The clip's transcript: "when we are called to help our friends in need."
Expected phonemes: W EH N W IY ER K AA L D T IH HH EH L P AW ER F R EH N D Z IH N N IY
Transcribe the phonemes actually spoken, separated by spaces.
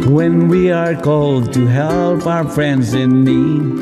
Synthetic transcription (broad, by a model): W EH N W IY ER K AA L D T IH HH EH L P AW ER F R EH N D Z IH N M IY